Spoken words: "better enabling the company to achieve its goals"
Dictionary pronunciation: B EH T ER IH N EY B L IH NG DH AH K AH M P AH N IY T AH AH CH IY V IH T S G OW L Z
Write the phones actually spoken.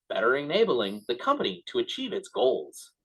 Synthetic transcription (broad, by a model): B EH T ER IH N EY B L IH NG DH AH K AH M P AH N IY T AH AH CH IY V IH T S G OW L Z